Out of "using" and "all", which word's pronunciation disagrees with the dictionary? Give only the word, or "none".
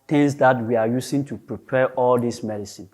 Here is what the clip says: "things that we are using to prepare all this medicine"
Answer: using